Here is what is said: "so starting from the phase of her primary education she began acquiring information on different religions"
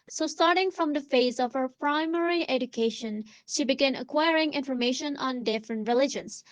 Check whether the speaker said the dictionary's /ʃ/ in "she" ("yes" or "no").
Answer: yes